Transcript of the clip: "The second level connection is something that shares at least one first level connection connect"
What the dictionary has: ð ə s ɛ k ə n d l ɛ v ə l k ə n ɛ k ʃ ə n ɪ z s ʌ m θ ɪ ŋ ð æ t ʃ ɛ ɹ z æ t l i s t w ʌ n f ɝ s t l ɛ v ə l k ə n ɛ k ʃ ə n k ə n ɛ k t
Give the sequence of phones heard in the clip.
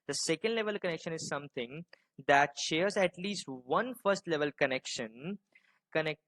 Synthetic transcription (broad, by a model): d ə s ɛ k ə n d l ɛ v ə l k ə n ɛ k ʃ ə n ɪ z s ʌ m t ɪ ŋ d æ t ʃ ɛ ɹ z æ t l i s t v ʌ n f ɝ s t l ɛ v ə l k ə n ɛ k ʃ ə n k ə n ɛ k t